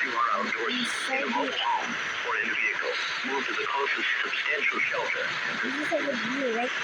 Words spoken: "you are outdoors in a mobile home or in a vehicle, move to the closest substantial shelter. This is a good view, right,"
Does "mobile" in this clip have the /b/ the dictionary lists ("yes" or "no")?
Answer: no